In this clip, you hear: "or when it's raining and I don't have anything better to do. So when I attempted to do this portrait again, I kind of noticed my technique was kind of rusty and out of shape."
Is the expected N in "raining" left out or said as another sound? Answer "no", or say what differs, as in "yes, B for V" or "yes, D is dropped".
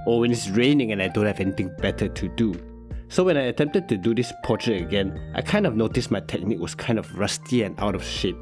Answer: no